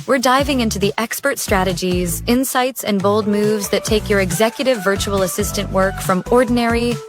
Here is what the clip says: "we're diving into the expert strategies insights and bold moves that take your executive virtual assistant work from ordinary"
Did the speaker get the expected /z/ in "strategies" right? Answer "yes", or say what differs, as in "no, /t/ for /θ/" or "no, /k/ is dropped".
yes